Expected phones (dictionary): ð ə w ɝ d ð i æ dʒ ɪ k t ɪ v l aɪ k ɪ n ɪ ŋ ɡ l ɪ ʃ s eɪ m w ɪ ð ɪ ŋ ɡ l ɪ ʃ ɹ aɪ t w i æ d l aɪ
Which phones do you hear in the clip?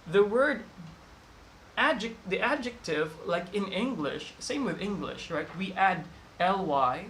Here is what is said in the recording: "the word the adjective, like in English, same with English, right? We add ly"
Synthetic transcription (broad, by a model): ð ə w ɝ d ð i æ dʒ ɪ k t ɪ v l aɪ k ɪ n ɪ ŋ ɡ l ɪ ʃ s eɪ m w ɪ ð ɪ ŋ ɡ l ɪ ʃ ɹ aɪ t w i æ d l aɪ